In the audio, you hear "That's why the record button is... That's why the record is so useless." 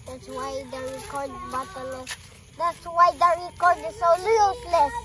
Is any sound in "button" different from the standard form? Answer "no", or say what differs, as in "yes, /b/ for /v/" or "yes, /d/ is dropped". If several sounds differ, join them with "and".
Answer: yes, /l/ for /n/